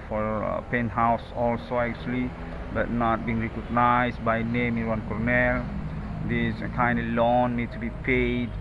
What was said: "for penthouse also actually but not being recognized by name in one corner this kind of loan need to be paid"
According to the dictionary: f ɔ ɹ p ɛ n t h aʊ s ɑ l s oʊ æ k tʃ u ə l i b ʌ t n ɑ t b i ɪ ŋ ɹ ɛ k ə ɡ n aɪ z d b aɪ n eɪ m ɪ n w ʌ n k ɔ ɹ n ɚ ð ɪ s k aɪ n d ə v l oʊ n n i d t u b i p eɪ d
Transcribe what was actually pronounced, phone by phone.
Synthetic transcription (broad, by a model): f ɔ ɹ p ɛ n h aʊ s ɑ l s oʊ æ k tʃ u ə l i b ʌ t n ɑ t b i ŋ ɹ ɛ k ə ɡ n aɪ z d b aɪ n eɪ m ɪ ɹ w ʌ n k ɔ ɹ n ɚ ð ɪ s k aɪ n d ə l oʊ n n i d t u b i p eɪ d